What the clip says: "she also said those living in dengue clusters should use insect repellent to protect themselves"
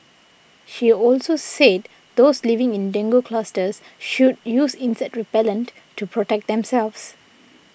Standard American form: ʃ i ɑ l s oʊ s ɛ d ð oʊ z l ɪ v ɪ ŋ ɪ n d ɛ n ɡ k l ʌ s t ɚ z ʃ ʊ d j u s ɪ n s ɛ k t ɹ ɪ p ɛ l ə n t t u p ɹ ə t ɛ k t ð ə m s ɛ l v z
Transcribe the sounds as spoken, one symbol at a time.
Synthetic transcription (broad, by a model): ʃ i ɑ l s oʊ s ɛ d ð oʊ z l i v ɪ ŋ ɪ n d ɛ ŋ ɡ k l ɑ s t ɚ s ʃ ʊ d j u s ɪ n s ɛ t ɹ ɪ p ɛ l ə n t t u p ɹ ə t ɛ k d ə m s ɛ l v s